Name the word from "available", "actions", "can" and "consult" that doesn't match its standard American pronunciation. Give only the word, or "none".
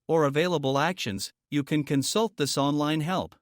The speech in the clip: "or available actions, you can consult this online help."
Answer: none